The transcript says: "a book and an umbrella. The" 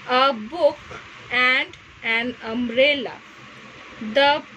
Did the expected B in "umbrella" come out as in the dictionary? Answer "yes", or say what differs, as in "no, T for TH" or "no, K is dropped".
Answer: no, B is dropped